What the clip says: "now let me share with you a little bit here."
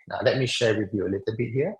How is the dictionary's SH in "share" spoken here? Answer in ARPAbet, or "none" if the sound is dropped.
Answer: SH